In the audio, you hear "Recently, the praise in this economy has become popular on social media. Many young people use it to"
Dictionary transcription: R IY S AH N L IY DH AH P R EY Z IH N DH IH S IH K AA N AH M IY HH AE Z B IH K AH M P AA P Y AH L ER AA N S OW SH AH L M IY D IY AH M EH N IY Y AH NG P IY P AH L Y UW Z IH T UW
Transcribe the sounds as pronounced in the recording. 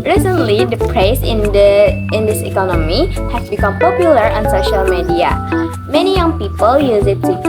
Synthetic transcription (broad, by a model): R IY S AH N L IY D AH P R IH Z IH N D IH S IH K AA N AH M IY HH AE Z B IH K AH M P AA P Y AH L ER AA N S OW SH AH L M IY D IY AH M EH N IY Y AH NG P IY P AH L Y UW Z IH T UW